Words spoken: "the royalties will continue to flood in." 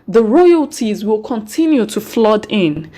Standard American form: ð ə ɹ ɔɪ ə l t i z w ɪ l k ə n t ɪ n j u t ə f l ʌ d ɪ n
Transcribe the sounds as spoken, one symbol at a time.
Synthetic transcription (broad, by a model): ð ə ɹ ɔɪ ə l t i z w ɪ l k ə n t ɪ n j u t ə f l ʌ d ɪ n